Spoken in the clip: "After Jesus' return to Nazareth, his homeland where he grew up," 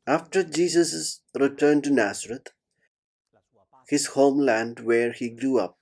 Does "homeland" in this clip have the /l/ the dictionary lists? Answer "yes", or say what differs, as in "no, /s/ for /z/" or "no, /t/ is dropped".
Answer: yes